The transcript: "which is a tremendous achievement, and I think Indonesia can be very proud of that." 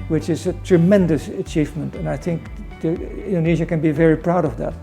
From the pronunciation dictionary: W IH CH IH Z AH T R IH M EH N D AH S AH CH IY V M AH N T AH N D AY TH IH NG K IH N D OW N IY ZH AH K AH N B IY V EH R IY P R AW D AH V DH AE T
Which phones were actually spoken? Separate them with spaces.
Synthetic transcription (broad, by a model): W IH CH IH Z AH T R IH M EH N D AH S AH CH IY V M AH N T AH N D AY TH IH NG K IH N D OW N IY ZH AH K AH N B IY V EH R IY P R AW D AH V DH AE T